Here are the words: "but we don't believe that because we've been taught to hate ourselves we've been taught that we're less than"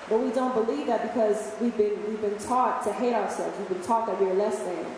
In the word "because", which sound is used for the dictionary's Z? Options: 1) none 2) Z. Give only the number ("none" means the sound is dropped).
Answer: 2